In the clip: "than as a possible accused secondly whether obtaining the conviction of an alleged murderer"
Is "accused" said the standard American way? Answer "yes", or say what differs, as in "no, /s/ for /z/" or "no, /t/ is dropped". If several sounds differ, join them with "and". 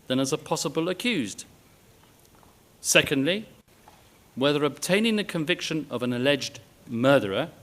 yes